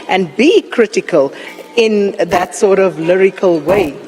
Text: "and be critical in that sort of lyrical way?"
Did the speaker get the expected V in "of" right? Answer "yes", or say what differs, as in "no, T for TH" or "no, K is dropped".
yes